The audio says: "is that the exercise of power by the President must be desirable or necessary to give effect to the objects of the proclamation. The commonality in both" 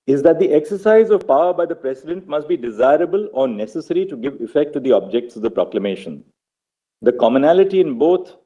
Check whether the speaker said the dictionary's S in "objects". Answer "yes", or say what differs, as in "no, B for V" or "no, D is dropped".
yes